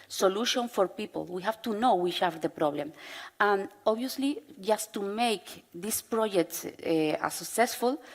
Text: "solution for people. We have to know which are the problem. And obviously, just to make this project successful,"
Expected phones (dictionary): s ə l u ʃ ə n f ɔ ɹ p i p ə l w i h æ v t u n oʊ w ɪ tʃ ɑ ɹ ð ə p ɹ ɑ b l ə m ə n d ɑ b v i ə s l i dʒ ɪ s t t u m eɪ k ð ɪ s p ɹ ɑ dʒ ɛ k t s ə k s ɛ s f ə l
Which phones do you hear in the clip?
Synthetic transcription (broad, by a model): s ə l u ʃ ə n f ɔ ɹ p i p ə l w i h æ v t u n oʊ w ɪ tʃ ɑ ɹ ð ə p ɹ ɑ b l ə m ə n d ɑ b i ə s l i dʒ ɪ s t t u m eɪ k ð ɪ s p ɹ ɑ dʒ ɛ k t s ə k s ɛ s f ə l